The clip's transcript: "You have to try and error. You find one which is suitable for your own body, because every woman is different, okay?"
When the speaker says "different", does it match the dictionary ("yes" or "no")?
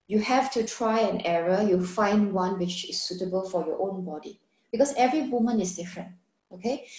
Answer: yes